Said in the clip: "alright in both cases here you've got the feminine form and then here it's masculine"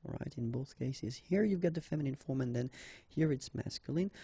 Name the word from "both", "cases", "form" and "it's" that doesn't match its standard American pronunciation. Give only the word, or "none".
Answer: none